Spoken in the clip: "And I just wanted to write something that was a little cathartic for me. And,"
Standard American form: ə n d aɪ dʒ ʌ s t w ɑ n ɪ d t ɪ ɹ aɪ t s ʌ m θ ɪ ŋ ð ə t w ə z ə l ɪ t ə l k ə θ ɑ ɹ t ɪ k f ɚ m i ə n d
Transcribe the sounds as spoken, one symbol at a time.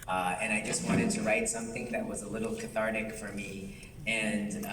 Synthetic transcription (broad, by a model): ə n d aɪ dʒ ʌ s t w ɑ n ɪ d t ɪ ɹ aɪ t s ʌ m θ ɪ ŋ ð ə t w ə z ə l ɪ t l k ə θ ɑ ɹ t ɪ k f ɚ m i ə n